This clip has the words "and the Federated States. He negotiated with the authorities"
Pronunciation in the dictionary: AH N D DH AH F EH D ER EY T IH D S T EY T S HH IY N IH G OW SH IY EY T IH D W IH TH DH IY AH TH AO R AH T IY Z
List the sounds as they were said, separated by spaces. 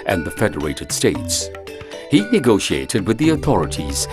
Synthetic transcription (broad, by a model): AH N DH AH F EH D ER EY T IH D S T EY T S HH IY N IH G OW SH IY EY T IH D W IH DH IY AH TH AO R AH T IY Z